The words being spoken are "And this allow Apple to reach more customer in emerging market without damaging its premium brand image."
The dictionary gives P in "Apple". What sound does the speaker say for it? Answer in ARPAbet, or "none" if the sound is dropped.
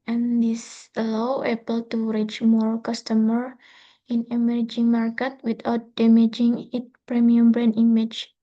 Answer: B